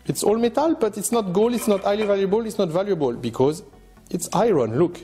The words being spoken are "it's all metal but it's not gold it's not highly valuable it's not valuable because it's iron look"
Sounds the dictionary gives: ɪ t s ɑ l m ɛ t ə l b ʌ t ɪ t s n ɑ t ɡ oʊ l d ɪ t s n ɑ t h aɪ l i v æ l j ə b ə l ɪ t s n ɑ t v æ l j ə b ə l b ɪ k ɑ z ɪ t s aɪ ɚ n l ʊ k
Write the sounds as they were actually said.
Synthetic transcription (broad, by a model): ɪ t s ɑ l m ɛ t ə l b ʌ t ɪ t s n ɑ t ɡ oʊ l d ɪ t s n ɑ t aɪ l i v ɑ l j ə b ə l ɪ t s n ɑ t v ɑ l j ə b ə l b ɪ k ɑ z ɪ t s aɪ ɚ n l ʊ k